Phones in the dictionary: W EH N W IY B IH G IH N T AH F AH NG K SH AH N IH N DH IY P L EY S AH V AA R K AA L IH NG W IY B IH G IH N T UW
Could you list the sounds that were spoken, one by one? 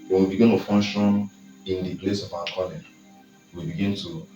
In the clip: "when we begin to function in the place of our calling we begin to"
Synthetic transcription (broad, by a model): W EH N W IY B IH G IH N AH F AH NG SH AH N IH N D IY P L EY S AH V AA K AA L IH W IY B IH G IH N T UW